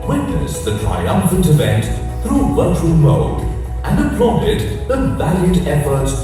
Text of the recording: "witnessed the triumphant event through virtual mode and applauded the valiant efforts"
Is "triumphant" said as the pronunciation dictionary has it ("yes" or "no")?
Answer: yes